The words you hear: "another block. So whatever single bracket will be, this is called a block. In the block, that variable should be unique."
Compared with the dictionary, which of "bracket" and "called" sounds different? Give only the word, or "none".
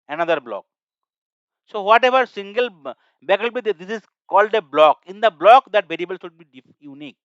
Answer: bracket